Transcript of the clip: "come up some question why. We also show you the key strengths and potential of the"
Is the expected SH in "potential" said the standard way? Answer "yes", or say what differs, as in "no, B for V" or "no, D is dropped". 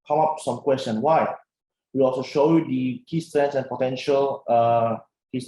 yes